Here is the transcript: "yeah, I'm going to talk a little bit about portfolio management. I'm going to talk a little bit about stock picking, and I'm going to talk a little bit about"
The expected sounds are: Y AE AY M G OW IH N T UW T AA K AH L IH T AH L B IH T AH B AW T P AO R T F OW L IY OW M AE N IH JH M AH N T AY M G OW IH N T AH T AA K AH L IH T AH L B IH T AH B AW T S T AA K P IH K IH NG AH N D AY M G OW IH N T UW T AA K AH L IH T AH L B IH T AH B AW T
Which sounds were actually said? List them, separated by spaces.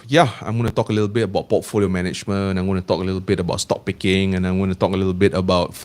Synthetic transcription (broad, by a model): Y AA AY M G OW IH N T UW T AA K AH L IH T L B IH T AH B AW T P AO T F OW L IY OW M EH N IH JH M AH N AY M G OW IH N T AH T AA K AH L IH T AH L B IH T AH B AW T S T AA K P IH K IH NG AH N AY M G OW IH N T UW T AA K AH L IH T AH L B IH T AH B AW T